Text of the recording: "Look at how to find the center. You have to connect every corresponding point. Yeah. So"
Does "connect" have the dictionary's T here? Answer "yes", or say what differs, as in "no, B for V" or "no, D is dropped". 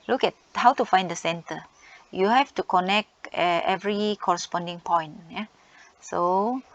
yes